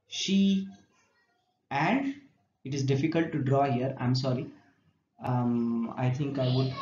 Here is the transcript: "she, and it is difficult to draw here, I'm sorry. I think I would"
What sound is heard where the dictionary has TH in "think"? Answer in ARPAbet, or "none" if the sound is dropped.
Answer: T